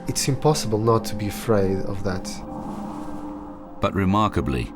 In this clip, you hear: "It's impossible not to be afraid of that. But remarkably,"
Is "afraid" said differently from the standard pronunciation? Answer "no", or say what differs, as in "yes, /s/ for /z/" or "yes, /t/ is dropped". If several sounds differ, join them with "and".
no